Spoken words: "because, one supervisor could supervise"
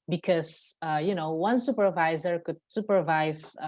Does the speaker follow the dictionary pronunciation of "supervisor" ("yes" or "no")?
yes